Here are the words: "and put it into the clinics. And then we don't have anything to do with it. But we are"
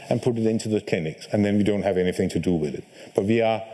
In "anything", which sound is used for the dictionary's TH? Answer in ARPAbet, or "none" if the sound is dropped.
TH